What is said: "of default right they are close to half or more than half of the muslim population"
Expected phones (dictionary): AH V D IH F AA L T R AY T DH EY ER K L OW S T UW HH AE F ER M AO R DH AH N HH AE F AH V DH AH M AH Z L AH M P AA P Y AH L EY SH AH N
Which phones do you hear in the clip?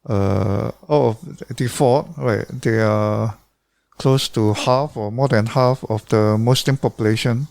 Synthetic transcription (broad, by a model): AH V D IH F AA T R AY T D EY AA K L OW S T UW HH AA F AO M AO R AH N HH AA F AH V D AH M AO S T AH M P AA P Y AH L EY SH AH N